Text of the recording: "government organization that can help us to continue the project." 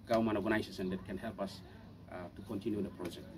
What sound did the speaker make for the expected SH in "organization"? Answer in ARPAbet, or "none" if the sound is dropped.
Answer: S